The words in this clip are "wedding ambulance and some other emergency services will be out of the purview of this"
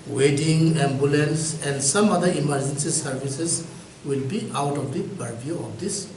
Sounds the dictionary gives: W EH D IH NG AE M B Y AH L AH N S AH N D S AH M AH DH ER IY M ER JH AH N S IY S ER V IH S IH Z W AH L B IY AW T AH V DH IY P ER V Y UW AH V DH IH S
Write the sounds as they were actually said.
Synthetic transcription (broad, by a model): W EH D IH NG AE M B Y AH L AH N S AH N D S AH M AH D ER IY M ER JH AH N S IY S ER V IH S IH S W AH L B IY AW T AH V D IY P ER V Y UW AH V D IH S